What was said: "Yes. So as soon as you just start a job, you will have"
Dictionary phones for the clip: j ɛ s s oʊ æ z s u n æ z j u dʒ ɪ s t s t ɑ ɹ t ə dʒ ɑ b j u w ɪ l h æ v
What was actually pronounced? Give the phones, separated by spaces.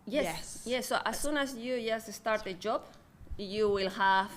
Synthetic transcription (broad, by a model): j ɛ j s oʊ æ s s u n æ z j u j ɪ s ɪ s t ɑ ɹ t ə dʒ ɑ b j u w ɪ l h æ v